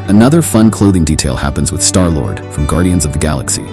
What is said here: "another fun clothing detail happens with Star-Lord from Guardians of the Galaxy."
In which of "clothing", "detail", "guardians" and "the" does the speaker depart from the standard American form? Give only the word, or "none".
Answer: none